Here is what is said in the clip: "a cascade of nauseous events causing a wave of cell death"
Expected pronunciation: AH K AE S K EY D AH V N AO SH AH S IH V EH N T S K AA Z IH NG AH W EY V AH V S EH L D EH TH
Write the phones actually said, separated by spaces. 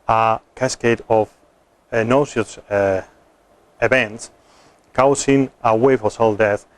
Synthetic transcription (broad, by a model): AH K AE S K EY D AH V N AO S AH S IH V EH N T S K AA S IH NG AH W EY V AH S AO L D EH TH